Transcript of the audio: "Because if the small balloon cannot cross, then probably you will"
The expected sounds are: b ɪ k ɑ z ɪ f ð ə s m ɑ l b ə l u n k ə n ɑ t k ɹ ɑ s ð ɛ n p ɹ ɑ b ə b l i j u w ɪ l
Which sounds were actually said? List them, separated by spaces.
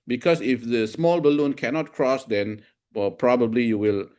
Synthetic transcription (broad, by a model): b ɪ k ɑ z ɪ f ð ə s m ɑ l b ə l u n k ə n ɑ t k ɹ ɑ s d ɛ n p ɹ ɑ b ə b l i j u w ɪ l